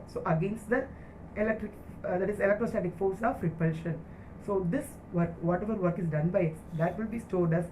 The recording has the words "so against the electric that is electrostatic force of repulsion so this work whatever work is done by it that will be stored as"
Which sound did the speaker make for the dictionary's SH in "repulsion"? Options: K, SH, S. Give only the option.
SH